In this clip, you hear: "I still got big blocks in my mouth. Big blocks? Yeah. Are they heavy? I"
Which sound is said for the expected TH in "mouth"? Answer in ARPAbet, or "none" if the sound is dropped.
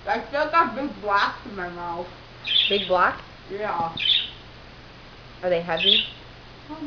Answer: F